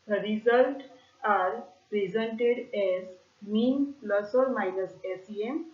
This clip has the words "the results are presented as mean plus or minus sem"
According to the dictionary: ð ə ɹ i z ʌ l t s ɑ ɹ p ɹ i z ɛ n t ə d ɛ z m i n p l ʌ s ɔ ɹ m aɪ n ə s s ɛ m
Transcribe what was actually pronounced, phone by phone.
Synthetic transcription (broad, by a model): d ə ɹ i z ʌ l t ɑ ɹ p ɹ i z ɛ n t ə d ɛ z m i n p l ʌ s ɔ ɹ m aɪ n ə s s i m